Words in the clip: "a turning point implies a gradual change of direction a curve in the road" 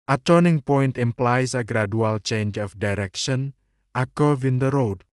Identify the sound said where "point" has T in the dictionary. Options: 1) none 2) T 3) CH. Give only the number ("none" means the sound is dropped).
2